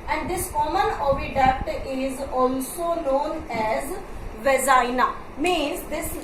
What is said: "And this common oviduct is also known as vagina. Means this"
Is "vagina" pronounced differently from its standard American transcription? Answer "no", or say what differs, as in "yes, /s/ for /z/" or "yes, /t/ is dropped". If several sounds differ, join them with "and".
yes, /z/ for /dʒ/